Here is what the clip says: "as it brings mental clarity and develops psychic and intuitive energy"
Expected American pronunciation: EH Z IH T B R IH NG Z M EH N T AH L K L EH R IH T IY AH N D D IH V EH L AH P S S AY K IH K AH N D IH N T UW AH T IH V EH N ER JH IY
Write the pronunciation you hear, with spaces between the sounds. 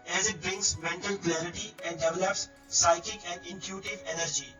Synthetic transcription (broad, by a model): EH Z IH T B R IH NG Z M EH N T AH L K L EH R IH T IY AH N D D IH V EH L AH P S S AY K IH K AH N D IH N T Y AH T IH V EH N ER JH IY